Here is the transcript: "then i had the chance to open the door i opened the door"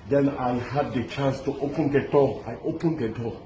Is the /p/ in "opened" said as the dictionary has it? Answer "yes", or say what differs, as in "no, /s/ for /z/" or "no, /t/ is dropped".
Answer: yes